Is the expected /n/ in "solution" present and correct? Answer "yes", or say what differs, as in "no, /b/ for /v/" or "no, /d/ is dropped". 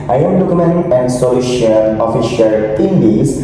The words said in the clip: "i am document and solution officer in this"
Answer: no, /l/ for /n/